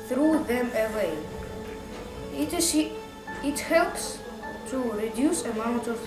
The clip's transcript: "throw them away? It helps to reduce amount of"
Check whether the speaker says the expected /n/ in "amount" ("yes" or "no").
yes